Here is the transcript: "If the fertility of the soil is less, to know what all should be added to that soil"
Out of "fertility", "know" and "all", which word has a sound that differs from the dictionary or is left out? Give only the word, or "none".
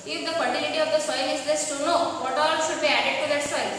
fertility